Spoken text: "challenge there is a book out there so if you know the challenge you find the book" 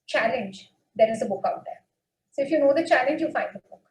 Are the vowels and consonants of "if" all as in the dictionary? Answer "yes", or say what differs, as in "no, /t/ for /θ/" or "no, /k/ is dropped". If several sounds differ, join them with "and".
yes